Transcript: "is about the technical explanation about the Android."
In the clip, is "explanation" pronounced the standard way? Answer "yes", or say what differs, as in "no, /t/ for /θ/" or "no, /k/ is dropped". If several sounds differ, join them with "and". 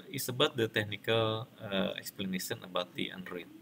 no, /s/ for /ʃ/